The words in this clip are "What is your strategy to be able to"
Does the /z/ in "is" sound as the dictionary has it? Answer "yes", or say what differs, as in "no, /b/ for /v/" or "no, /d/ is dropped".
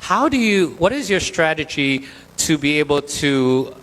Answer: yes